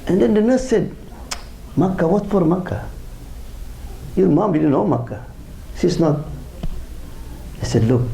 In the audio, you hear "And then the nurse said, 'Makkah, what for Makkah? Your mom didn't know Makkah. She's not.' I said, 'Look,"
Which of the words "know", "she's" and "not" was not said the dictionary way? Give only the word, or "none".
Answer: she's